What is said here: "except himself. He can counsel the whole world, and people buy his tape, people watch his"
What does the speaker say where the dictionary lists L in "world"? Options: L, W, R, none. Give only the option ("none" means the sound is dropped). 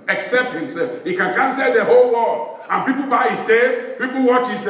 none